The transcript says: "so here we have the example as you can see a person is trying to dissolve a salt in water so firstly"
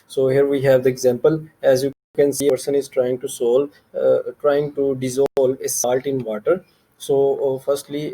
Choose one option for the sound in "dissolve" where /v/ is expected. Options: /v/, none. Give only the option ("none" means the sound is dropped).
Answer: none